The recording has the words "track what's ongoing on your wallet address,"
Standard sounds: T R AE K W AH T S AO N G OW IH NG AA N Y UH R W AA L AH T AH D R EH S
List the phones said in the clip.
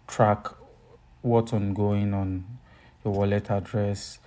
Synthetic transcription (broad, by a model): T R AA K W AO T AO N G OW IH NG AA N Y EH W AA L AH T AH D R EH S